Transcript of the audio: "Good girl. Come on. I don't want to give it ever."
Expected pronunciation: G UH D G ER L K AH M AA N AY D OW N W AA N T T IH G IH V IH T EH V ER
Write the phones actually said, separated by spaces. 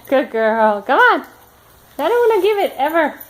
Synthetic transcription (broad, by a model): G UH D G ER L K AH M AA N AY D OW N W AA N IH G IH V IH T EH V ER